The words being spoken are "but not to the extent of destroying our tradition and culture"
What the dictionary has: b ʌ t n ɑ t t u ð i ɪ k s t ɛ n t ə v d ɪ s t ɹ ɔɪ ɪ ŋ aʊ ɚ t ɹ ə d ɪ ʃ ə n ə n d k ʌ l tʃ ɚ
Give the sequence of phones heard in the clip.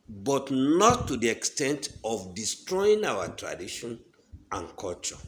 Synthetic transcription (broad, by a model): b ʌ t n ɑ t t u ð i ɪ k s t ɛ n t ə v d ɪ s t ɹ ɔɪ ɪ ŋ aʊ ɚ t ɹ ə d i ʃ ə n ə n k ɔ l tʃ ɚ